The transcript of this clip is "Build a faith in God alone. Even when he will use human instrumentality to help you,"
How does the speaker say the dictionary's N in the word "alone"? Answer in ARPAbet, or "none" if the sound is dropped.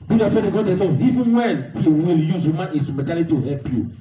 none